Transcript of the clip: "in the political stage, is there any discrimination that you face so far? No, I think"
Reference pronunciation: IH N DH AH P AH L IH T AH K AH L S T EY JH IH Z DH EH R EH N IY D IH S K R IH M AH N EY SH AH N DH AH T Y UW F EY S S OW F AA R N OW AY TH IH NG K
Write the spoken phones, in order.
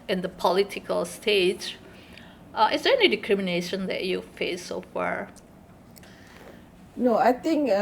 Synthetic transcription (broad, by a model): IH N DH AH P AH L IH T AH K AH L S T EY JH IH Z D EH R EH N IY D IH K R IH M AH N EY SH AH N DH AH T Y UW F EY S S OW F AA R N OW AY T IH NG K